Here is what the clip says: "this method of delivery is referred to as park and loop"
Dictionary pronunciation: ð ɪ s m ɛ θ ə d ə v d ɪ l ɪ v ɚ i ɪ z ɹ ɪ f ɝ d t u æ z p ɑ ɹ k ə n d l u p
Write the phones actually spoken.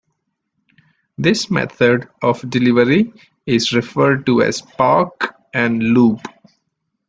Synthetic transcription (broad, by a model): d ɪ s m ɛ t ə d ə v d ɪ l ɪ v ɚ i ɪ z ɹ ɪ f ɝ d t u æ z p ɑ ɹ k ə n d l u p